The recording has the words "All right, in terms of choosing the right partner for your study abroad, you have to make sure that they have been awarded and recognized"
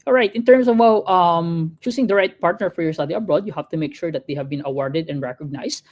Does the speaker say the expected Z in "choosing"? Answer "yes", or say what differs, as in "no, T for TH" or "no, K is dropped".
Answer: no, S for Z